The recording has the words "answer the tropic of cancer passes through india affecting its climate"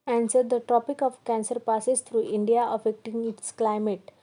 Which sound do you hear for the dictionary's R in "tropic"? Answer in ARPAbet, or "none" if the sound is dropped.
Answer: none